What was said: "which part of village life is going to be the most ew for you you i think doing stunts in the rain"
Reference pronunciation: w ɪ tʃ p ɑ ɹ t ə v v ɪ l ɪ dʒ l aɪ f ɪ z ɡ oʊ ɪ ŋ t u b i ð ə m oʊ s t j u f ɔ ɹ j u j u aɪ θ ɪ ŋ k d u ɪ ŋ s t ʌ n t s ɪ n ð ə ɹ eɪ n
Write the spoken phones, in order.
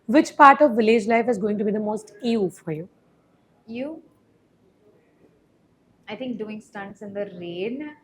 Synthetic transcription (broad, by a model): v ɪ tʃ p ɑ ɹ t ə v v ɪ l ɪ dʒ l aɪ f ɪ z ɡ oʊ ɪ ŋ t u b i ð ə m oʊ s t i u f ɔ ɹ j u j u aɪ t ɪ ŋ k d u ɪ ŋ s t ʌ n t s ɪ n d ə ɹ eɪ n